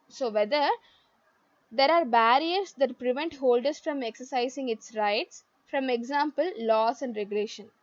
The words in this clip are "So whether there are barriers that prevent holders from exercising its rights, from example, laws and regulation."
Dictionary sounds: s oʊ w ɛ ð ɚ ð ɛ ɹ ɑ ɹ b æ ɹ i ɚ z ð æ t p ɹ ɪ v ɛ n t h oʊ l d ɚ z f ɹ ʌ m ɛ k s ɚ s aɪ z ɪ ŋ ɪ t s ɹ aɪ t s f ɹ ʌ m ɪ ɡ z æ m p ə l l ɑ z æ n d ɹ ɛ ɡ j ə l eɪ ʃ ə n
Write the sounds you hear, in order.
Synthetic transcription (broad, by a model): s oʊ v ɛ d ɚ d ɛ ɹ ɑ ɹ b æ ɹ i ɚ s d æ t p ɹ ɪ v ɛ n t h oʊ l d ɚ s f ɹ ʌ m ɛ k s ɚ s aɪ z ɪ ŋ ɪ t s ɹ aɪ t s f ɹ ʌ m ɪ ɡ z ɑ m p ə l l ɑ s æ n d ɹ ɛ ɡ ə l eɪ ʃ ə n